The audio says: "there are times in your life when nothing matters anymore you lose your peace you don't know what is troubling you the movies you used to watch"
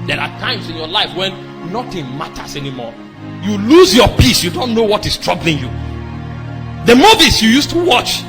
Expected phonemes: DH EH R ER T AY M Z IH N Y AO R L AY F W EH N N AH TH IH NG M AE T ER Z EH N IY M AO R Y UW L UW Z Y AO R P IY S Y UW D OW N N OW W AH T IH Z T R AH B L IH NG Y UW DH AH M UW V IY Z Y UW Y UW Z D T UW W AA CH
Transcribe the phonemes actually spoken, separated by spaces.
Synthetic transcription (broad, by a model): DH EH R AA T AY M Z IH N Y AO L AY F W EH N N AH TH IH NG M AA T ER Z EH N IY M AO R Y UW L UW Z Y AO P IY S Y UW D OW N N OW W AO T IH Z T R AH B L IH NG Y UW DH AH M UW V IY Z Y UW Y UW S T UW W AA CH